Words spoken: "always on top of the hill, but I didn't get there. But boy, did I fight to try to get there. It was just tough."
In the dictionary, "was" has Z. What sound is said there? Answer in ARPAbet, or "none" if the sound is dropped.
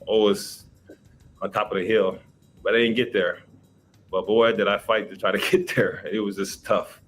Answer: Z